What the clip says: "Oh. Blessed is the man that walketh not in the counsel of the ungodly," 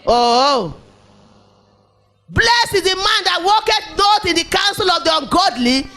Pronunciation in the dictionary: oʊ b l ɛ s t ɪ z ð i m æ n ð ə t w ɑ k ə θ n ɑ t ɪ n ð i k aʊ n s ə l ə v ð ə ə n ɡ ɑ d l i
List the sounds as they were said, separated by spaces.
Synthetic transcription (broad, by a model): oʊ b l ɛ s ɪ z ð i m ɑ n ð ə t w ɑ k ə t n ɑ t ɪ n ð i k aʊ n s ə l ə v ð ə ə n ɡ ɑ d l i